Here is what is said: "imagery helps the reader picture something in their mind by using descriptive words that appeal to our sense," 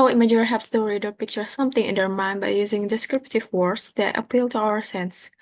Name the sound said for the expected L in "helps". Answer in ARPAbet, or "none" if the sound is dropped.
none